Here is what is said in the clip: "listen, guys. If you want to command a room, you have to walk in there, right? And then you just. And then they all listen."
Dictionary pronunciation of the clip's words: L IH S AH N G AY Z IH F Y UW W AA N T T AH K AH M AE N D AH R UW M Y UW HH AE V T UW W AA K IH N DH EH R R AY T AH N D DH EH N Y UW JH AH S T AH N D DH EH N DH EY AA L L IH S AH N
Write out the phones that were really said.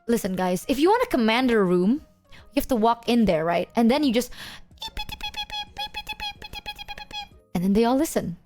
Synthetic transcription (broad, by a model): L IH S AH N G AY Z IH F Y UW W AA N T T AH K AH M AE N D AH R UW M Y UW HH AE F T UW W AA K IH N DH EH R R AY T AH N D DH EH N Y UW JH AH S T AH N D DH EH N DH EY AA L L IH S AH N